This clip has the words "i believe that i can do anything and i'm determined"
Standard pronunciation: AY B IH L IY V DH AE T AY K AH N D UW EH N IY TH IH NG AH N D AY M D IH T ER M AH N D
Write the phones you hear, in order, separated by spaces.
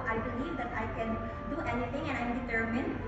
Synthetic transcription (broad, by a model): AY B IH L IY V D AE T AY K AH N D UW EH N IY T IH NG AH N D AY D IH T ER M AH N